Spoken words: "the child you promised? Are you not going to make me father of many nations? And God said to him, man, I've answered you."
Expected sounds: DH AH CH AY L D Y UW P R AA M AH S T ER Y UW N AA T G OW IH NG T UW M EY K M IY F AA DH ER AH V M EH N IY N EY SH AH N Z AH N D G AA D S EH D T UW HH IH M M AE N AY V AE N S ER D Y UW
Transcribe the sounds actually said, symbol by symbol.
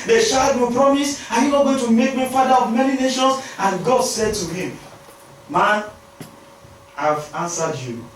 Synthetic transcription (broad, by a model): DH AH SH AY D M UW P R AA M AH S AA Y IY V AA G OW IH T UW M EY K M IY F AA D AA AH V M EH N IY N EY SH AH N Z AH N G AA D S EH D T UW HH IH M M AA N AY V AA N S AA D Y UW